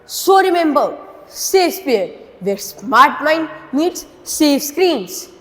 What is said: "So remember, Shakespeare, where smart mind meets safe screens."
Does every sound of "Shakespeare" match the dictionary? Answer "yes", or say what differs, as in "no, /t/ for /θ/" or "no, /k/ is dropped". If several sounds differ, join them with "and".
no, /s/ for /ʃ/ and /k/ is dropped